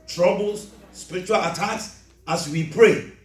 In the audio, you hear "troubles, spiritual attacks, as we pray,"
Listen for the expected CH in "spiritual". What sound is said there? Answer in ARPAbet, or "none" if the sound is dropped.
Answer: CH